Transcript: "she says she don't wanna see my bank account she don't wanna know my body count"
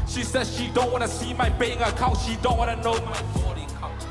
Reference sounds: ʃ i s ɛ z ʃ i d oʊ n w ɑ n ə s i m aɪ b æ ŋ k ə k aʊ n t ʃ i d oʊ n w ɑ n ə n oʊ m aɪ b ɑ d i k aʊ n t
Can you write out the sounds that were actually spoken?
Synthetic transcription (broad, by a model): ʃ i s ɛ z ʃ i d oʊ n w ɑ n ə s i m aɪ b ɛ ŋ ə k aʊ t ʃ i d oʊ n w ɑ n ə n oʊ m aɪ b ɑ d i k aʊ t